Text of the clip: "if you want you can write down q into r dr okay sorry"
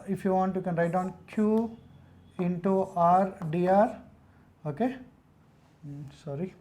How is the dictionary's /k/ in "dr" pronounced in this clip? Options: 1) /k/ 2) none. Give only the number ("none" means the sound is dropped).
2